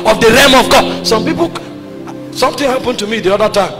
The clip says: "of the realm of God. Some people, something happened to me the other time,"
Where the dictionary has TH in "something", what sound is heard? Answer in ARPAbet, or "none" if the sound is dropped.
T